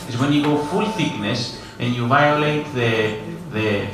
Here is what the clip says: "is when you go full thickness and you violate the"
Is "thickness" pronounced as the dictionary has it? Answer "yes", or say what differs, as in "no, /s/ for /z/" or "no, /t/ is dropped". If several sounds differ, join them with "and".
yes